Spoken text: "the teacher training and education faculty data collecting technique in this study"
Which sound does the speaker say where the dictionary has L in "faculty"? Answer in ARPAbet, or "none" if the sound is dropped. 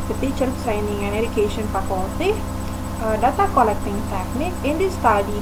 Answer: none